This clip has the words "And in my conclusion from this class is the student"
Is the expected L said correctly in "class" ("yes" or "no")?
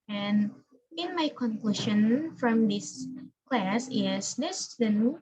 yes